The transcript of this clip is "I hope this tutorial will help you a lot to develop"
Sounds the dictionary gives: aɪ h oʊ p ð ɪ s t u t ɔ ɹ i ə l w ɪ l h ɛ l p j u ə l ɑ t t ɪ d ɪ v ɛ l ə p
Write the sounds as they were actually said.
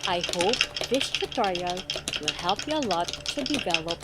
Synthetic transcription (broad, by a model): aɪ h oʊ p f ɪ ʃ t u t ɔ ɹ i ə w ɪ l h ɛ l p j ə l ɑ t t ɪ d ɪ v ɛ l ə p